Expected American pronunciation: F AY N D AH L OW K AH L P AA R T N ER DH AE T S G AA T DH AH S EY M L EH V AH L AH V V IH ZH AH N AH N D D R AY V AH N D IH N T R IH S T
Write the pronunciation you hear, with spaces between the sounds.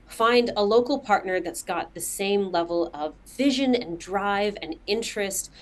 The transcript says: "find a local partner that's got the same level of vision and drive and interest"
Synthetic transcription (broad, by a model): F AY N D AH L OW K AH L P AA R T N ER DH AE T S G AA T DH AH S EY M L EH V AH L AH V V IH ZH AH N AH N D D R AY V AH N IH N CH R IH S T